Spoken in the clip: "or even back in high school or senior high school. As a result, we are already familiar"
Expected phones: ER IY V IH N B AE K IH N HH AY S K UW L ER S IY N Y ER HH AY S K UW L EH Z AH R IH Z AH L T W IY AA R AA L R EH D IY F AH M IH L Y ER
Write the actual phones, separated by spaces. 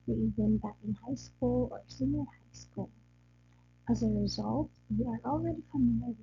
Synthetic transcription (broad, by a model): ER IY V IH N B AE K IH N HH AY S K UW L ER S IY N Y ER HH AY S K UW L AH Z AH R IH Z AH L T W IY AA R AA L R EH D IY F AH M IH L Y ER